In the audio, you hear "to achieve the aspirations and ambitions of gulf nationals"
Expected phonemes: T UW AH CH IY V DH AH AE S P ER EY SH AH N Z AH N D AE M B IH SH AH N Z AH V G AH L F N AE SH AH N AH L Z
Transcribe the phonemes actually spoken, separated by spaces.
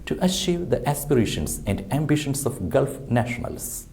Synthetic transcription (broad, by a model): T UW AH SH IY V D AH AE S P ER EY SH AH N S AH N D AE M B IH SH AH N S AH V G AH L F N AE SH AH N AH L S